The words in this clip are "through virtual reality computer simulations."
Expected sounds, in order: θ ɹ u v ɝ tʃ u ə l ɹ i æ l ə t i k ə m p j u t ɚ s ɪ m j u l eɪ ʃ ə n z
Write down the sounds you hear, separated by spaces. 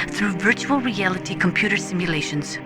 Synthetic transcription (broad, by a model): θ ɹ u v ɝ tʃ u ə l ɹ i æ l ə t i k ə m p j u t ɚ s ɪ m j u l eɪ ʃ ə n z